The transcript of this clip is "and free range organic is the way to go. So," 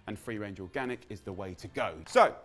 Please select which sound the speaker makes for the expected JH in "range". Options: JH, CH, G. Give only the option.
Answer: JH